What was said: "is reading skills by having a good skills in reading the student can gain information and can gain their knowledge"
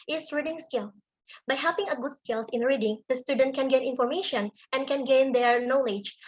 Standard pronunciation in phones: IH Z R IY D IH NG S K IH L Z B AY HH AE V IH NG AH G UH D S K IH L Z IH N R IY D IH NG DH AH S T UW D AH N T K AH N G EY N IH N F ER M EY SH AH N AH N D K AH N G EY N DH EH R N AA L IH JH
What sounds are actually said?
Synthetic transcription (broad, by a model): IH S R IY D IH NG S K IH L S B AY HH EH P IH NG AH G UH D S K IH L S IH N R IY D IH NG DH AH S T UW D AH N T K AH N G EY N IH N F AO M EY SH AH N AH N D K AH N G EY N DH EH R N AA L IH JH